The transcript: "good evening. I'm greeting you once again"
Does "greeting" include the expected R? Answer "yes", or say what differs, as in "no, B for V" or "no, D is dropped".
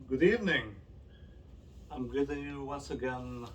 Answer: no, R is dropped